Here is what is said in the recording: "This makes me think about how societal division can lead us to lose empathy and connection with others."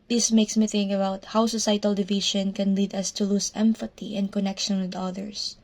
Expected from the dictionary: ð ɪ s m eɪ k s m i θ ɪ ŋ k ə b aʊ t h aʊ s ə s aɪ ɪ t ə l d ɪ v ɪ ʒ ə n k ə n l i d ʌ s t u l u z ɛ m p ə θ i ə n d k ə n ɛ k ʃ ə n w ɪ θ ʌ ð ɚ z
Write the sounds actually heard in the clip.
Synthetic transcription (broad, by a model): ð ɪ s m eɪ k s m i θ ɪ ŋ k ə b aʊ t h aʊ s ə s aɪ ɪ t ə l d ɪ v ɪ ʃ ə n k ə n l i d ʌ s t u l u s ɛ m f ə t i ə n d k ə n ɛ k ʃ ə n w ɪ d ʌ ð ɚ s